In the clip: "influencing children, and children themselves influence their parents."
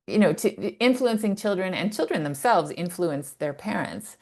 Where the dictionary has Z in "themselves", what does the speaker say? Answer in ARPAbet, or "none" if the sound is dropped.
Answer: Z